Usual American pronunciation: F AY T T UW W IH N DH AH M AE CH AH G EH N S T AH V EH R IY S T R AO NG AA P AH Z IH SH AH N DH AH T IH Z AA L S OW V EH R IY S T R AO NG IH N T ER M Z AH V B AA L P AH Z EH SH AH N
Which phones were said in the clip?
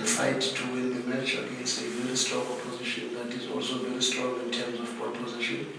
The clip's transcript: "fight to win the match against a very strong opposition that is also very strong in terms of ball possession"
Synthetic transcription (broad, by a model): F AY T T UW W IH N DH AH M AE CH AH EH S AH V EH R IY S T R AO NG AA P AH Z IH SH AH N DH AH T IH Z AA L S OW V EH R IY S T R AO NG IH N T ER M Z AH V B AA P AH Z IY SH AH N